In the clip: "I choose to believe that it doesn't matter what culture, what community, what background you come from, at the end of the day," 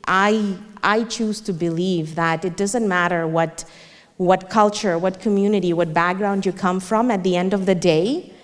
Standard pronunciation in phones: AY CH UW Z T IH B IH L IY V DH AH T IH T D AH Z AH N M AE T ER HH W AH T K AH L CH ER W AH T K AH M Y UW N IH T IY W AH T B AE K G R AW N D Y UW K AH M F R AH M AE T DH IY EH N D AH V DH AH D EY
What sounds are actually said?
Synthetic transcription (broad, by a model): AY CH UW Z T IH B IH L IY V DH AH T IH T D AH Z AH N M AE T ER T W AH T K AH L CH ER W AH T K AH M Y UW N IH T IY W AH T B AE K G R AW N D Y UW K AH M F R AH M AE T DH IY EH N D AH V DH AH D EY